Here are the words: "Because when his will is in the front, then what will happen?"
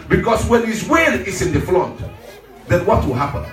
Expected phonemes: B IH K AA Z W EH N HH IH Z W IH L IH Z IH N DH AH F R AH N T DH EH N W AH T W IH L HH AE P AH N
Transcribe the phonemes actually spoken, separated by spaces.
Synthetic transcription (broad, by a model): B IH K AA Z W EH N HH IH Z W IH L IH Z IH N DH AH F L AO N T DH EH N W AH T W IH L HH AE P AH N